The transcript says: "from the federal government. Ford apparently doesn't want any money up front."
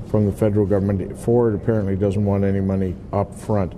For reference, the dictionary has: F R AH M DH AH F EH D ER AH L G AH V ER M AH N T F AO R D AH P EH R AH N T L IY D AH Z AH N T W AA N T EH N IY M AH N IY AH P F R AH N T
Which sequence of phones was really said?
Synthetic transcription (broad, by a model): F R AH M DH AH F EH D ER L G AH V ER M AH N T F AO R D AH P EH R AH N T L IY D AH Z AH N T W AA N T EH N IY M AH N IY AH P F R AH N T